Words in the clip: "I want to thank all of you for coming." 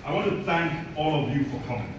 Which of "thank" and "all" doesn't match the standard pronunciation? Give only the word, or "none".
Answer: none